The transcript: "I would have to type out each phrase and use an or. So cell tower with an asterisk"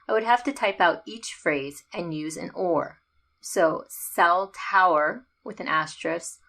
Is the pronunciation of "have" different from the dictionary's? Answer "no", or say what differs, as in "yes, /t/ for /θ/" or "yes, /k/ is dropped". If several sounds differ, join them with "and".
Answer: yes, /f/ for /v/